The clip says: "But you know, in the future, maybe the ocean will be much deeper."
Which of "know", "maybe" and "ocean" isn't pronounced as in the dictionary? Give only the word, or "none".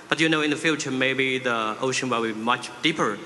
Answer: none